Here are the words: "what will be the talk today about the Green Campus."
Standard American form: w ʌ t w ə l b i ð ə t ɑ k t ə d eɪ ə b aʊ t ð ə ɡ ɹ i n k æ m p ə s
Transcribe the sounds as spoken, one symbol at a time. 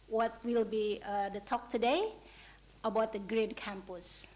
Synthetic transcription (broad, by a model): w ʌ t w ə l b i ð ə t ɑ k t ə d eɪ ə b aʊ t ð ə ɡ ɹ i n k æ m p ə s